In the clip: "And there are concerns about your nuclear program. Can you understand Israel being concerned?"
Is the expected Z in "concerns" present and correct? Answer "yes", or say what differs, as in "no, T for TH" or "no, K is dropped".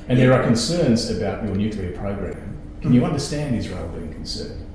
yes